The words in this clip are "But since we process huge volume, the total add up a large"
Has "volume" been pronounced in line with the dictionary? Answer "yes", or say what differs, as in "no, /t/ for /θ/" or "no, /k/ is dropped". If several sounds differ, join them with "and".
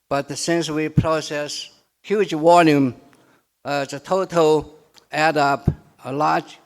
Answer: no, /w/ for /v/